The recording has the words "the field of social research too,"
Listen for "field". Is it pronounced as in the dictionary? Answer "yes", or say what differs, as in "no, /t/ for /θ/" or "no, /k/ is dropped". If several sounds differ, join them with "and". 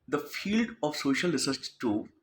yes